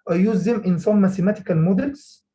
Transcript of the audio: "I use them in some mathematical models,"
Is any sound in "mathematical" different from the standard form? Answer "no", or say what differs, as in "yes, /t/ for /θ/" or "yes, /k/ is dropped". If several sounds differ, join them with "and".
yes, /s/ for /θ/